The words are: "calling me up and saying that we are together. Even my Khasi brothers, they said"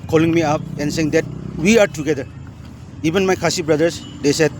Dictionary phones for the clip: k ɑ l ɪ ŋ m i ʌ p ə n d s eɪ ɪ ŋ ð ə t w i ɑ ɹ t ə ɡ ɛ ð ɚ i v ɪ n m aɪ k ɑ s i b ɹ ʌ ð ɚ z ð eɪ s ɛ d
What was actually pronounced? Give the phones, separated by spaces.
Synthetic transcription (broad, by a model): k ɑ l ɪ ŋ m i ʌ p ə n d s eɪ ɪ ŋ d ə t w i ɑ ɹ t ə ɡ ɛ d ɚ i b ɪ n m aɪ k ɑ s i b ɹ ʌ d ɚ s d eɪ s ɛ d